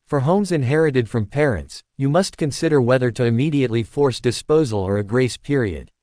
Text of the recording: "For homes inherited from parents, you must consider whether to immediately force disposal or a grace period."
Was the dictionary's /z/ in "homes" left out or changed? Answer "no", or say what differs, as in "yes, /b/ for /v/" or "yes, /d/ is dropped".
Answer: no